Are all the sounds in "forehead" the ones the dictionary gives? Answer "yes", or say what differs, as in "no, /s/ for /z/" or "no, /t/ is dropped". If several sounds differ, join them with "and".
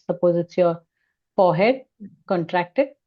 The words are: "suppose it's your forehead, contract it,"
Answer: no, /p/ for /f/